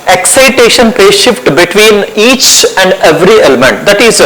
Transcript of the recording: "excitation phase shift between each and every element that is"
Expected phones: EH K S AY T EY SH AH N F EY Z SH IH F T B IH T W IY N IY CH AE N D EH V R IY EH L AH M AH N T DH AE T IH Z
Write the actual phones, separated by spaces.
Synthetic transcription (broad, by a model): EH K S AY T EY SH AH N P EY SH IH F T B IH T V IY N IY CH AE N D EH V R IY EH L AH M AH N T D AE T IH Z